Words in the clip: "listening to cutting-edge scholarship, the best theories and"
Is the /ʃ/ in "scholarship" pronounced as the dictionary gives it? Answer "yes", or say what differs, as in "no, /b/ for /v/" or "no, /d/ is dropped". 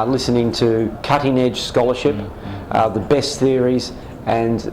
yes